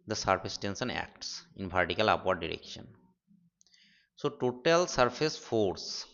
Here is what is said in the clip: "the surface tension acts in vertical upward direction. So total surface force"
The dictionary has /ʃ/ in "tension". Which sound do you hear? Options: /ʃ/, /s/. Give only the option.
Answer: /s/